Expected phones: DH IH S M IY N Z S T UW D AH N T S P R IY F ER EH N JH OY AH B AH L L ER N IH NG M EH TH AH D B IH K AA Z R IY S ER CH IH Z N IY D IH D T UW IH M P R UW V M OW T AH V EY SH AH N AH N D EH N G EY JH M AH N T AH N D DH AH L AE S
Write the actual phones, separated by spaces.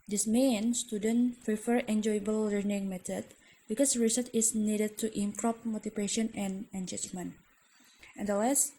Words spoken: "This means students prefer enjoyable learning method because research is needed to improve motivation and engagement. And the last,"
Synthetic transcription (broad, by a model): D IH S M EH N S T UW D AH N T P R IY F ER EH N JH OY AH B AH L L ER N IH NG M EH T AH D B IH K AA S R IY S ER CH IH S N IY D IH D T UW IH M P R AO P M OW T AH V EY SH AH N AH N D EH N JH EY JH M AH N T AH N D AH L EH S